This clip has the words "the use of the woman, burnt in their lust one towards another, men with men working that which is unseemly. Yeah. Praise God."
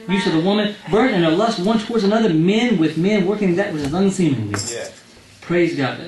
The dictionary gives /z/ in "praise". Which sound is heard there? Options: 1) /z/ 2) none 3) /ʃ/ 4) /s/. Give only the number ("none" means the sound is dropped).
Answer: 1